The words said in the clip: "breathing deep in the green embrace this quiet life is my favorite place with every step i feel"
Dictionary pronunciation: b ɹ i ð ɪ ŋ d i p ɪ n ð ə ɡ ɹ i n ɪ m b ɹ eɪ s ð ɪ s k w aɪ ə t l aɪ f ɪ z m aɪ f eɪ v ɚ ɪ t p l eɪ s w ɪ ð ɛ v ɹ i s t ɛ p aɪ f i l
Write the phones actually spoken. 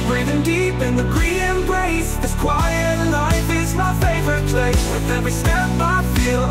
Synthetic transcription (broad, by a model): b ɹ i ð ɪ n d i p ɪ n ð ə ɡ ɹ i ɪ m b ɹ eɪ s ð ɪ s k w aɪ ə t l aɪ f ɪ z m aɪ f eɪ v ɚ ɪ t p l eɪ s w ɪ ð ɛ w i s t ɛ b aɪ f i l